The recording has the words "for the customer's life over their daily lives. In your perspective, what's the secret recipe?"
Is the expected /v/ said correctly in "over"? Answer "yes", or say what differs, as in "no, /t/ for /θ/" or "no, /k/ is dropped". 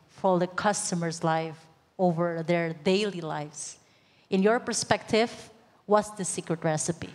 yes